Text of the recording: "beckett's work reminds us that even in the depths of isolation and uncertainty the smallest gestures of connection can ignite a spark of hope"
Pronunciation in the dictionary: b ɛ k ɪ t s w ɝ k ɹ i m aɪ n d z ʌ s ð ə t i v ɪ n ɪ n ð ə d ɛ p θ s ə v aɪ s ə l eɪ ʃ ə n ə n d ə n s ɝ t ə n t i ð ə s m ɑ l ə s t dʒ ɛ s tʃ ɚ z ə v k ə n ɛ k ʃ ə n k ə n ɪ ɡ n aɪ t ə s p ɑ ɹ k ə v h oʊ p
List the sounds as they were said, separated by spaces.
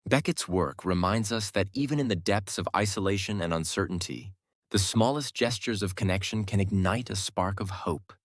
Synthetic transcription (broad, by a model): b ɛ k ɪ t s w ɝ k ɹ i m aɪ n d z ʌ s ð ə t i v ɪ n ɪ n ð ə d ɛ p θ s ə v aɪ s ə l eɪ ʃ ə n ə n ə n s ɝ t n t i ð ə s m ɑ l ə s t dʒ ɛ s tʃ ɚ z ə v k ə n ɛ k ʃ ə n k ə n ɪ ɡ n aɪ t ə s p ɑ ɹ k ə v h oʊ p